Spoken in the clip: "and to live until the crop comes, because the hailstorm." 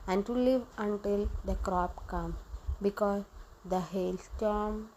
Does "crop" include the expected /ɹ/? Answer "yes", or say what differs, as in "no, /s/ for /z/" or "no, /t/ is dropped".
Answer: yes